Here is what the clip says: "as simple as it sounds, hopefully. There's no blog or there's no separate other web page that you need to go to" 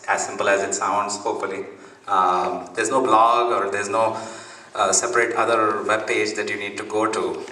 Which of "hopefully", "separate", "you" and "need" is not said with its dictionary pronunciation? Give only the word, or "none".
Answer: hopefully